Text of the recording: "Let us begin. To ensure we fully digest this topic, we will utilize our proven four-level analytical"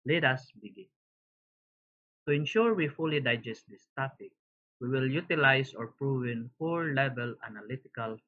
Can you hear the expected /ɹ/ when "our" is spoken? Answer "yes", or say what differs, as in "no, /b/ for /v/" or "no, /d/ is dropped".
yes